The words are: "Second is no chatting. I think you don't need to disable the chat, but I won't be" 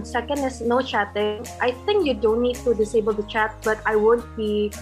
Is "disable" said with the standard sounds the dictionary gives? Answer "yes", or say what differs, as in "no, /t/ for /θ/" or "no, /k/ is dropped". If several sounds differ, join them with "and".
yes